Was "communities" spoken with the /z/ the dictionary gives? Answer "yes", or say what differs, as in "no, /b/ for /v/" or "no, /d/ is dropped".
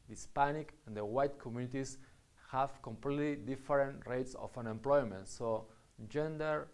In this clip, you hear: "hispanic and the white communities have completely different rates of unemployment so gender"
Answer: no, /s/ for /z/